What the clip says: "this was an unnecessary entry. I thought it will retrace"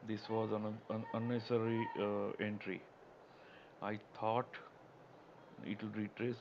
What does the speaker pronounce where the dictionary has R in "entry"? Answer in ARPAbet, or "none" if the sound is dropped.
R